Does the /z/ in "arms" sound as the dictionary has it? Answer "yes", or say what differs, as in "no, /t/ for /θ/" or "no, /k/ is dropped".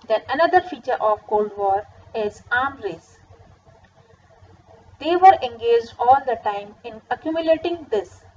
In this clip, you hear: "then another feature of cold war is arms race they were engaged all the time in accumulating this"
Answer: no, /z/ is dropped